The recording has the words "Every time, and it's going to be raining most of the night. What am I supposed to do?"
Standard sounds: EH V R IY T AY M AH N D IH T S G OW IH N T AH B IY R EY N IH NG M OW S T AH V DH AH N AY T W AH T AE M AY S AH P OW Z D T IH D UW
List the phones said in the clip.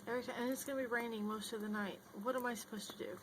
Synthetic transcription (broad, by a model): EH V R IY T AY AH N IH T S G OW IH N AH B IY R EY N IH NG M OW S T AH V DH AH N AY T W AH T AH M AY S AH P OW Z T IH D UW